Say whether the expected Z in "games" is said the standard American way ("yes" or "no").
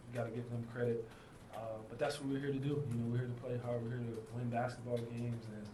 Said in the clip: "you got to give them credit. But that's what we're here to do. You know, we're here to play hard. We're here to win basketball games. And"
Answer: yes